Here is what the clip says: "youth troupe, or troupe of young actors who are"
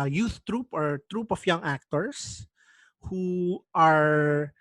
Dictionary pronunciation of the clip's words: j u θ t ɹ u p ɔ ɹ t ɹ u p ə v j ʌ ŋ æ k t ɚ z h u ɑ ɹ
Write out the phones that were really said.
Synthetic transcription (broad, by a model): j u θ t ɹ u p ɔ ɹ t ɹ u p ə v j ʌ ŋ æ k t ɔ s h u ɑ ɹ